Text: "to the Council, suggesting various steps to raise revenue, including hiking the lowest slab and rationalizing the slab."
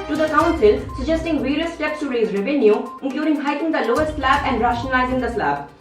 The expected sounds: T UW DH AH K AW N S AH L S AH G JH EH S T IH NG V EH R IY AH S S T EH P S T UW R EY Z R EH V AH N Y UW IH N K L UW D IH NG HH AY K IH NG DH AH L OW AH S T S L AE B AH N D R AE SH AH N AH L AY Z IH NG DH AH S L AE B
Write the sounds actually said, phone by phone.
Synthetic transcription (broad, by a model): T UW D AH K AW N S AH L S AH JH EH S T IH NG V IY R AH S S T EH P S T UW R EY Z R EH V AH N Y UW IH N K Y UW D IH NG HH AY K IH NG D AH L OW AH S T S L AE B AH N D R AE SH AH N AH L AY Z IH NG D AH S L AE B